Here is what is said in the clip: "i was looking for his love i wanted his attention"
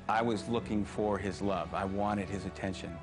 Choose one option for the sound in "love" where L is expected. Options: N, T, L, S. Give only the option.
L